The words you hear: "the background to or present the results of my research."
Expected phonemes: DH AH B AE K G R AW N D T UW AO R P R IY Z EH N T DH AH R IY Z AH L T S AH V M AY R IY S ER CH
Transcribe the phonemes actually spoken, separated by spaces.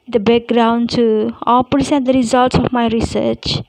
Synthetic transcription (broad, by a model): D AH B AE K G R AW N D T UW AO L P R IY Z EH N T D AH R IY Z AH L T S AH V M AY R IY S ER CH